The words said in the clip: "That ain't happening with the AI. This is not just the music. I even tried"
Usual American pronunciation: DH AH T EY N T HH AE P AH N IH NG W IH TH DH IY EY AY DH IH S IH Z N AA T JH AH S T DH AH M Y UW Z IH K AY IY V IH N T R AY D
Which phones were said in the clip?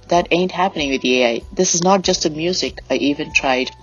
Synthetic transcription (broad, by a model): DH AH T EY N T HH AE P AH N IH NG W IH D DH IY EY AY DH IH S IH Z N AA T JH AH S T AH M Y UW Z IH K AY IY V IH N T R AY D